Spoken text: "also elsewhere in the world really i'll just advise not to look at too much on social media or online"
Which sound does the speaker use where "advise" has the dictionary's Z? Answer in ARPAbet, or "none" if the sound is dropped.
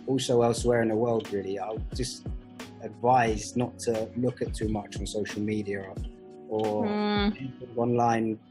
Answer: Z